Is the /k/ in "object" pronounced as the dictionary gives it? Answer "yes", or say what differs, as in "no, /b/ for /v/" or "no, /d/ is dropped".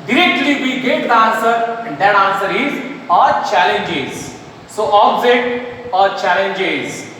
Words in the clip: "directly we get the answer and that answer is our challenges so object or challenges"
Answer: no, /k/ is dropped